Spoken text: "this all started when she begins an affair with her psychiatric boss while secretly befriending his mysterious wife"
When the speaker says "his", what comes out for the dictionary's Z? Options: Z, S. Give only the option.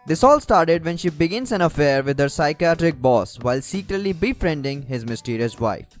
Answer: Z